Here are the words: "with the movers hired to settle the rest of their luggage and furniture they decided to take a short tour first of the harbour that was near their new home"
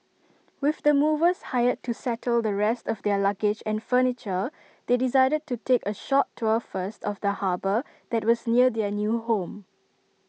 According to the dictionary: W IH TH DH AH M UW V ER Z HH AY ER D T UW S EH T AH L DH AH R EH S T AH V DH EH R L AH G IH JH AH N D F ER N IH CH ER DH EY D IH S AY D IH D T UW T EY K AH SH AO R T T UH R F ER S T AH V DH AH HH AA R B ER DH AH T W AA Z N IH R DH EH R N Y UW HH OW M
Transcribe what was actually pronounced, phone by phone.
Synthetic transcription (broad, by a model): W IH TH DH AH M UW V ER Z HH AY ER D T UW S EH T AH L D AH R EH S T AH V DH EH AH L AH G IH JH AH N F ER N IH CH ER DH EY D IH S AY D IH D T UW T EY K AH SH AO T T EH F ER S T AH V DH AH HH AA B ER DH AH T W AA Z N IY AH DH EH N Y UW HH OW M